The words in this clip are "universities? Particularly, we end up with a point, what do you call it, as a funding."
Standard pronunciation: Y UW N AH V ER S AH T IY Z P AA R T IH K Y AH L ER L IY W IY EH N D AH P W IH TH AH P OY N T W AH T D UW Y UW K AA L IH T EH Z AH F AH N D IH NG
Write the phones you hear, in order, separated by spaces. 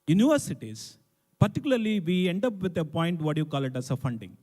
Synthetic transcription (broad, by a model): Y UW N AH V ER S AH T IY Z P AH R T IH K Y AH L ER L IY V IY EH N D AH P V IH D AH P OY N T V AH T Y UW K AA L IH T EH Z AH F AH N D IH NG